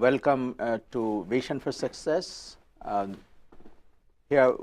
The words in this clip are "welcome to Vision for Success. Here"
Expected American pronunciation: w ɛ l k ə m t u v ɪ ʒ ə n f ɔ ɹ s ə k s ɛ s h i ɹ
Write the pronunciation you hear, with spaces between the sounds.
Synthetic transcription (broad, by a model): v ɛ l k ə m t u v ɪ ʃ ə n f ɔ ɹ s ə k s ɛ s h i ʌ